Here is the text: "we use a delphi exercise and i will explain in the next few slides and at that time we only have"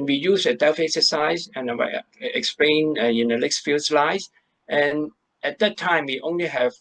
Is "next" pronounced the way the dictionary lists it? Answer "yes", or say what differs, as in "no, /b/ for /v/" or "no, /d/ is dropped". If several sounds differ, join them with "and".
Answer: no, /l/ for /n/